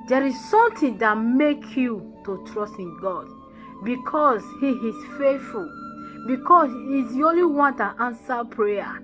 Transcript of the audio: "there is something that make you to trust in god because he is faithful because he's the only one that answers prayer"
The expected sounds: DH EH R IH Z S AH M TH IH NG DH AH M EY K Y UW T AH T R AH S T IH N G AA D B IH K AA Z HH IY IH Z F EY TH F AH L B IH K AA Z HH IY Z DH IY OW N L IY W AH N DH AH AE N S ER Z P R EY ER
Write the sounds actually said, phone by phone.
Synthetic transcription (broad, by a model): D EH R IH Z S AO M T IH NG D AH M EY K Y UW T AH T R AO S T IH N G AA D B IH K AA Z HH IY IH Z F EY T F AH L B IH K AA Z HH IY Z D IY OW N L IY W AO N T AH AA N S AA P R EY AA